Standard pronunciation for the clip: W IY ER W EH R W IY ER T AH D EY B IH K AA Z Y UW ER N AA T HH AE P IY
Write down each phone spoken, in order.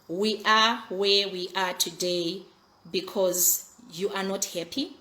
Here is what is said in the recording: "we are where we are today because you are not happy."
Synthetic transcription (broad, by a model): W IY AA W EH W IY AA T AH D EY B IH K AA Z Y UW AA N AA T HH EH P IY